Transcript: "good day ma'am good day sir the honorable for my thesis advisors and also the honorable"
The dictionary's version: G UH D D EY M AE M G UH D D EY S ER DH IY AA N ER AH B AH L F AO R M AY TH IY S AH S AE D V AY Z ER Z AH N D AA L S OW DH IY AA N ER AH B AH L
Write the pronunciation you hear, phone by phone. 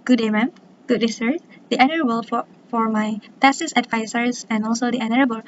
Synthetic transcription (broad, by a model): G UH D D EY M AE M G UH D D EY S ER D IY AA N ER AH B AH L F AO R M AY T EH S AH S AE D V AY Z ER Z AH N AA L S OW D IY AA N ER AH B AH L